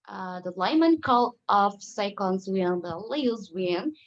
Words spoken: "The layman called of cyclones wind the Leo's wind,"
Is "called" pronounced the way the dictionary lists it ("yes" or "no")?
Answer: no